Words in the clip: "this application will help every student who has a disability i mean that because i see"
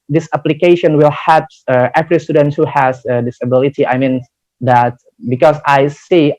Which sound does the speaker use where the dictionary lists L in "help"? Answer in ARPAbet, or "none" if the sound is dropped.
none